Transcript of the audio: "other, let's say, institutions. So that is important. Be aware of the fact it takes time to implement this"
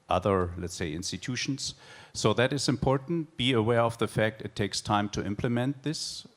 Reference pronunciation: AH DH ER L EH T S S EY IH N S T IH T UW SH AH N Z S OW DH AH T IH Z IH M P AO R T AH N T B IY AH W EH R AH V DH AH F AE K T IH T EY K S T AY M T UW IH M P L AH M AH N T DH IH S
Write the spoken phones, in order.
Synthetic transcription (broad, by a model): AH DH ER L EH T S S EY IH N S T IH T UW SH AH N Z S OW DH AH T IH Z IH M P AO R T N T B IY AH W EH R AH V DH AH F AE K T IH T EY K S T AY M T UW IH M P L AH M AH N T DH IH S